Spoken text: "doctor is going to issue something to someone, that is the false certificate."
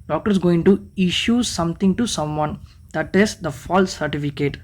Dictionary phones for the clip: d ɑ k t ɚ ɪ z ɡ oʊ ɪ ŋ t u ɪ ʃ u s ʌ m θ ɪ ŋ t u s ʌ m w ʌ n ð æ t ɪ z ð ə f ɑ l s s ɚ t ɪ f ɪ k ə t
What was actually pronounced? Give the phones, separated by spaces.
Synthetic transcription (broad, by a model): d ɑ k t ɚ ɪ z ɡ oʊ ɪ ŋ t u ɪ ʃ u s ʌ m t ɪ ŋ t u s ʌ m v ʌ n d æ t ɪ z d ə f ɑ l s s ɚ t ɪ f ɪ k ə t